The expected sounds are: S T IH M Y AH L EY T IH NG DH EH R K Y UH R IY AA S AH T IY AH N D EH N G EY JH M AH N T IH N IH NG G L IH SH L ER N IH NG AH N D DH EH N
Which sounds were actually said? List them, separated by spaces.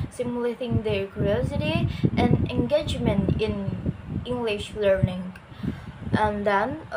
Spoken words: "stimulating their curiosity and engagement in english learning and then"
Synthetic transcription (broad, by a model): S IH M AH L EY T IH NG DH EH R K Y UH R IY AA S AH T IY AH N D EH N G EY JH M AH N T IH N IH NG G L IH SH L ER N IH NG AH N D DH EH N